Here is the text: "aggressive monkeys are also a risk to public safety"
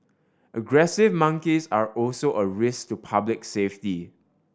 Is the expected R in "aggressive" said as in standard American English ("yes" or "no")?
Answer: yes